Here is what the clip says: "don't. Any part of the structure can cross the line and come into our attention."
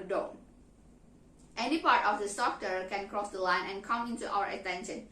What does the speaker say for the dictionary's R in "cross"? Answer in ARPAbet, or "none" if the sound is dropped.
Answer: R